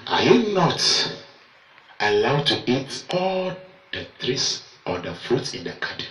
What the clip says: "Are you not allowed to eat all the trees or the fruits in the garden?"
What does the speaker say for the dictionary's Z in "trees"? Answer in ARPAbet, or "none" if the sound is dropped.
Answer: S